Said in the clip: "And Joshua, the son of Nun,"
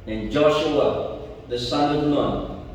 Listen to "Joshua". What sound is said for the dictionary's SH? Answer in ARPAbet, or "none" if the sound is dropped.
SH